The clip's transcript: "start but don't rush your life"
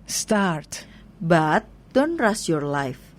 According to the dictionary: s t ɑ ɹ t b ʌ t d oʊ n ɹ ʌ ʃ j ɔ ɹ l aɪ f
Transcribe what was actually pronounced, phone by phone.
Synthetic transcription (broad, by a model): s t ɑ ɹ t b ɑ t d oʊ n ɹ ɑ s j ɔ ɹ l aɪ f